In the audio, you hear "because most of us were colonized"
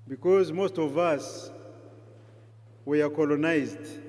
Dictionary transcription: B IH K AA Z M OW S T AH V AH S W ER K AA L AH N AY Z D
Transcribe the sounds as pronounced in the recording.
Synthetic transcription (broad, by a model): B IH K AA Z M OW S T AH V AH S W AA K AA L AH N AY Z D